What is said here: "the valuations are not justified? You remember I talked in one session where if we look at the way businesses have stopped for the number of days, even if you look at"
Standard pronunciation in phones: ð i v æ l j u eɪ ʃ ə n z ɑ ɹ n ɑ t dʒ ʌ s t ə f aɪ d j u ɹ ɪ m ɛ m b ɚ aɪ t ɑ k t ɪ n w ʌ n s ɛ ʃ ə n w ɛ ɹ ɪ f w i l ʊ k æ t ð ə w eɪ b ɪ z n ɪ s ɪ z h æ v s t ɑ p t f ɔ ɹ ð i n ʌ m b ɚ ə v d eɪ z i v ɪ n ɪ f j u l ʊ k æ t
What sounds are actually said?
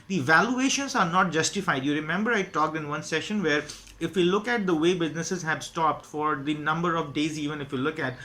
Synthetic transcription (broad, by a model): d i v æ l j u eɪ ʃ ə n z ɑ ɹ n ɑ t dʒ ʌ s t ə f aɪ d j u ɹ ɪ m ɛ m b ɚ aɪ t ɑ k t ɪ n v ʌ n s ɛ ʃ ə n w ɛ ɹ ɪ f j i l ʊ k æ t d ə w eɪ b ɪ z n ɪ s ɪ z h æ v s t ɑ p t f ɔ ɹ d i n ʌ m b ɚ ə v d eɪ z i v ɪ n ɪ f j u l ʊ k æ t